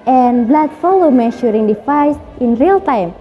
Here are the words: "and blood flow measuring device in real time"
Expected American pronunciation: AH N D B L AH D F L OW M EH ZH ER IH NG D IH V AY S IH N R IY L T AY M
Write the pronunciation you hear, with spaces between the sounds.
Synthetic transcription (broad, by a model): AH N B L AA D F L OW M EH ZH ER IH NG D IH F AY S IH N R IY L T AY M